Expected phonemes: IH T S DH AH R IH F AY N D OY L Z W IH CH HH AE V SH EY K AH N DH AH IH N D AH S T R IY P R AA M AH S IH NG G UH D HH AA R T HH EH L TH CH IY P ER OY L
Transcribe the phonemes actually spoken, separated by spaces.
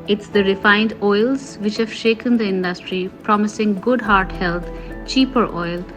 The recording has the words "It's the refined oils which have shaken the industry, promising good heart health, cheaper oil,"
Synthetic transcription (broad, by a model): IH T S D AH R IH F AY N D OY L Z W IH CH HH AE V SH EY K AH N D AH IH N D AH S T R IY P R AA M AH S IH NG G UH D HH AA R T HH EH L T CH IY P ER OY L